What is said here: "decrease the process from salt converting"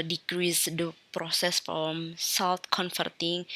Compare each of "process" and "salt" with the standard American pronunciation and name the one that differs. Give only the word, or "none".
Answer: salt